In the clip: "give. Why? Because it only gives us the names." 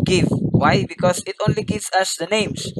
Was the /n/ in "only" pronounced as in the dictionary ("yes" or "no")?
yes